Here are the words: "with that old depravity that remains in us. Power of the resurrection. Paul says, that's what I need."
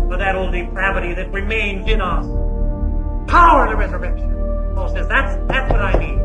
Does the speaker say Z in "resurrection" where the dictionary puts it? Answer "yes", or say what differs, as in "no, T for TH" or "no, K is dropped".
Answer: yes